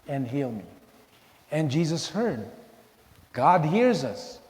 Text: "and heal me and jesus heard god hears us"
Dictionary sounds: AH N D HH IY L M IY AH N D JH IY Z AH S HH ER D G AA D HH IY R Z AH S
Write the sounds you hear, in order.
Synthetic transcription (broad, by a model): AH N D HH IY L M IY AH N JH IY Z AH S HH ER D G AA D HH IY R Z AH S